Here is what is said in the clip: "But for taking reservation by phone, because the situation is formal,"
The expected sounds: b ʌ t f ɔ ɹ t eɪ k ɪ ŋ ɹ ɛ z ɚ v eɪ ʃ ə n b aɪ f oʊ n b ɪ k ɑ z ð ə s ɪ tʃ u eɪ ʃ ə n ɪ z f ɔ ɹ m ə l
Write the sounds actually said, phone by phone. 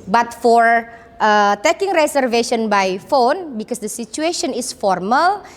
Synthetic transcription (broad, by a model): b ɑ t f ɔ ɹ t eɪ k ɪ ŋ ɹ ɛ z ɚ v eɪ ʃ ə n b aɪ f oʊ n b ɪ k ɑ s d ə s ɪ tʃ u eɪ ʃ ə n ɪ s f ɔ ɹ m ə l